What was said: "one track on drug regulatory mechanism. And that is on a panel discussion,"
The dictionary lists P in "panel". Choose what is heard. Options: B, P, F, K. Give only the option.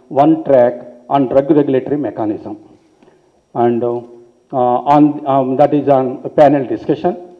P